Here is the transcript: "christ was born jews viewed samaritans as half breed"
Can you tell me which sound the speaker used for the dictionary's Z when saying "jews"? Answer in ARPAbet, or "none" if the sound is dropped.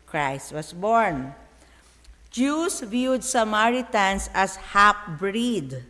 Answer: S